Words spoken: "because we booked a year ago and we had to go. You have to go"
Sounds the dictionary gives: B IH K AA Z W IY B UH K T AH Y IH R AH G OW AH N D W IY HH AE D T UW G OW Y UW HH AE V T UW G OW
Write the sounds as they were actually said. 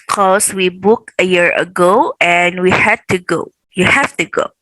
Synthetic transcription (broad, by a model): K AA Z W IY B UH K AH Y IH R AH G OW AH N W IY HH AE D T UW G OW Y UW HH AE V T UW G OW